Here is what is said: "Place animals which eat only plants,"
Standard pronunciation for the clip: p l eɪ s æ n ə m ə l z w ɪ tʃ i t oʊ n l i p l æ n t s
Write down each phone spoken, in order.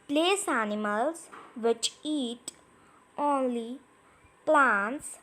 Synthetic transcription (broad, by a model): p l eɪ s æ n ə m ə l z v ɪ tʃ i t oʊ n l i p l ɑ n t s